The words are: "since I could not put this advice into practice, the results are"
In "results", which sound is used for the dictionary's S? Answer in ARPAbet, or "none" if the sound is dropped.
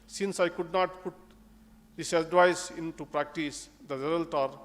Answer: none